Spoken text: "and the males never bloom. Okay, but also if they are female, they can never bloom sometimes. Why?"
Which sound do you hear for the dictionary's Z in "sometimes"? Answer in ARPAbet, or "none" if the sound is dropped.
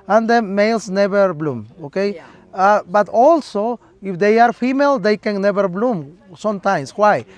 S